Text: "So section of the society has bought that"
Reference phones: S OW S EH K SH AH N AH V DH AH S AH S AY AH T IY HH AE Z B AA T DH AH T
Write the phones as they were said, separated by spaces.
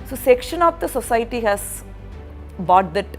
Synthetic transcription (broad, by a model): S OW S EH K SH AH N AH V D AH S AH S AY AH T IY HH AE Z B AA T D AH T